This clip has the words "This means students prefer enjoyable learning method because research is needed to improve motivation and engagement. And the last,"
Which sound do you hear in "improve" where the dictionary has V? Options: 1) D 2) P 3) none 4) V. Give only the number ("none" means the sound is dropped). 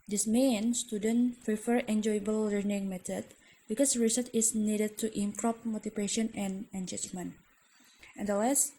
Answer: 2